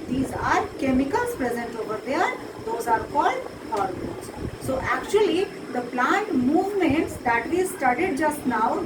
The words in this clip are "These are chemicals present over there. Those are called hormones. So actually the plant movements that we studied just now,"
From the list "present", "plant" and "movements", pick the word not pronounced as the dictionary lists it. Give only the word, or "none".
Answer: none